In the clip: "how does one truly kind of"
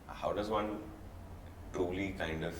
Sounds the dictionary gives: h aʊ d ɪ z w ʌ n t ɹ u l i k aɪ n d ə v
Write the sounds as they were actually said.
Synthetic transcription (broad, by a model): h aʊ d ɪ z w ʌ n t u l i k aɪ n d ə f